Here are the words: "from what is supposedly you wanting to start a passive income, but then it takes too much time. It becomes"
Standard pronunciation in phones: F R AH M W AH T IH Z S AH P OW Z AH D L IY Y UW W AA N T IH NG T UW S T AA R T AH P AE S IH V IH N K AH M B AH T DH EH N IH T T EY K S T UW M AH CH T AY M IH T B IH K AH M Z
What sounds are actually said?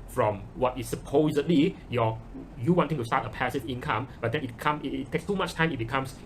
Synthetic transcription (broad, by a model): F R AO M W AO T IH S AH P OW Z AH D L IY Y UW W AA N T IH NG T UW S T AA T AH P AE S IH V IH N K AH M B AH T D EH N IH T T EY K S T UW M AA CH T AY M IH T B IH K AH M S